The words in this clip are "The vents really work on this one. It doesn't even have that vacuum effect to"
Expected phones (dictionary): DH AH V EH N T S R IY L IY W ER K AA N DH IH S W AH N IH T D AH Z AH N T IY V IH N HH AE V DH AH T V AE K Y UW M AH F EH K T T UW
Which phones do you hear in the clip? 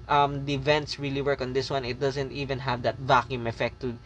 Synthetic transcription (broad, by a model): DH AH V EH N T S R IY L IY W ER K AA N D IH S W AH N IH T D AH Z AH N T IY V IH N HH AE V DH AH T V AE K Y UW M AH F EH K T T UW